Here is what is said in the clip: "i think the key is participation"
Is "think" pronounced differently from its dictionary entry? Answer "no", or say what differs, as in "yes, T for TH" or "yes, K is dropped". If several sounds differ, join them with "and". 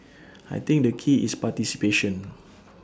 yes, T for TH